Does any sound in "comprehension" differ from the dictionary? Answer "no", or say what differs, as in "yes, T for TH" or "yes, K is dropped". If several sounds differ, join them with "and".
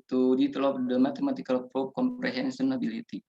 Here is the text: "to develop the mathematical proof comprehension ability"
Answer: yes, S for SH